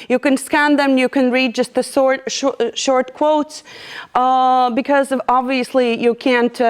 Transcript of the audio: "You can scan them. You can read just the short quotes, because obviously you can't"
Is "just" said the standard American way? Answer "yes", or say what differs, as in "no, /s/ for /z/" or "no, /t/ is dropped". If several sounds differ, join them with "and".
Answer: yes